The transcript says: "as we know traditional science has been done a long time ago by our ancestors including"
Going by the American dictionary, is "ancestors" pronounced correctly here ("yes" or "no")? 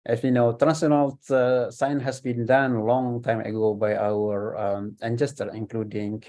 no